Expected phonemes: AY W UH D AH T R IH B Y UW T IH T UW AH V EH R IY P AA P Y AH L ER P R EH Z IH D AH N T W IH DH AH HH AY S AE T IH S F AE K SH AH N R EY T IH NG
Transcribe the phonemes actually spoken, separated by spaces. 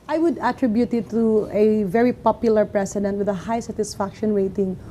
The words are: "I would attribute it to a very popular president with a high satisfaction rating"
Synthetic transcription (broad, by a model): AY W UH D AH T R IH B Y UW T IH T UW AH V EH R IY P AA P Y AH L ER P R EH S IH D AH N T W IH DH AH HH AY S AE T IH S F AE K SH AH N R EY T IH NG